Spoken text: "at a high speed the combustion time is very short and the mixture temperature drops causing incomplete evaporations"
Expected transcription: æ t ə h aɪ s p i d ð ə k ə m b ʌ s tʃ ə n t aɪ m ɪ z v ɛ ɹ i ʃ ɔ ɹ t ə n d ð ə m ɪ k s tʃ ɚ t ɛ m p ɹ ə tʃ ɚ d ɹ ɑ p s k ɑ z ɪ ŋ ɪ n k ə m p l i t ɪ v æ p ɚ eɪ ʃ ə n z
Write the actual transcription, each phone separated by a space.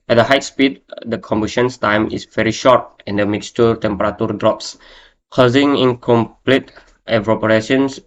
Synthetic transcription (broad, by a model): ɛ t ə h aɪ s p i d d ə k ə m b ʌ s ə n t aɪ m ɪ s v ɛ ɹ i ʃ ɔ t ə n d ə m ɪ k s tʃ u t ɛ m p ɹ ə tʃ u d ɹ ɑ p s k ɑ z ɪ ŋ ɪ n k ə m p l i t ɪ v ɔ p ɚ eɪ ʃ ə n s